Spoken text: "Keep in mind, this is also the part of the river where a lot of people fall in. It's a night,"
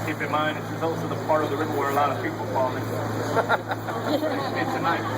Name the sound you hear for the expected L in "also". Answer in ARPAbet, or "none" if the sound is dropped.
L